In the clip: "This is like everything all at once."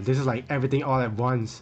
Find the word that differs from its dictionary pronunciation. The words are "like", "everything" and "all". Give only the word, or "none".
everything